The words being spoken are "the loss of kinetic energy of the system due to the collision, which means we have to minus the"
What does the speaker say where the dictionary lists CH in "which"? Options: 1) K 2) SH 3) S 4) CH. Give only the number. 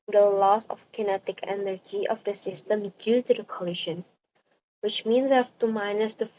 4